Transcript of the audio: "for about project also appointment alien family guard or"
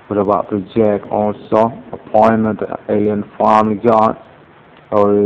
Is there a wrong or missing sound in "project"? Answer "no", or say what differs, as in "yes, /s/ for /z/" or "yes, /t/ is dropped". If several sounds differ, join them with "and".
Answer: yes, /t/ is dropped